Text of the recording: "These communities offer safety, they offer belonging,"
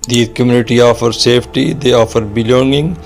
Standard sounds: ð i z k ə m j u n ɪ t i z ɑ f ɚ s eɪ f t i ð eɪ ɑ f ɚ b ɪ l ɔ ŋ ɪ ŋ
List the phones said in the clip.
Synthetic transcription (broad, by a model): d i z k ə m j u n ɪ t i ɑ f ɚ s eɪ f t i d eɪ ɑ f ɚ b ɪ l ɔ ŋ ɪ ŋ